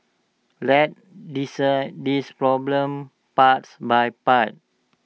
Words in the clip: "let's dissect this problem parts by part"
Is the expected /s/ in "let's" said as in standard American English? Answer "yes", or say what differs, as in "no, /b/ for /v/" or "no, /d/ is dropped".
no, /s/ is dropped